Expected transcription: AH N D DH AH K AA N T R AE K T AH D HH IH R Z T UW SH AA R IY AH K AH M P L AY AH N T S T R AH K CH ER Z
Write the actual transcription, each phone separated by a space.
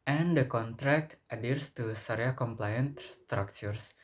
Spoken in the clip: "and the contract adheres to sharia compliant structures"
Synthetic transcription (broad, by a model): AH N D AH K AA N T R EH K T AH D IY R S T UW S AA R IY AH K AH M P L AY AH N T S T R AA K CH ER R